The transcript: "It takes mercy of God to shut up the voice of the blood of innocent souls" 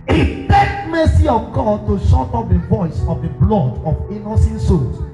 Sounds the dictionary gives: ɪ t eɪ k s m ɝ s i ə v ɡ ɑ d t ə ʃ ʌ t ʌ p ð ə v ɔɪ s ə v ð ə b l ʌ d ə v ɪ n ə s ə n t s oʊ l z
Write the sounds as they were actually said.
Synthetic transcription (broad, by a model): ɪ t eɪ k m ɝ s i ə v ɡ ɑ d t ə ʃ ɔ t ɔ p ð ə v ɔɪ s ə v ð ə b l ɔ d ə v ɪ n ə s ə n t s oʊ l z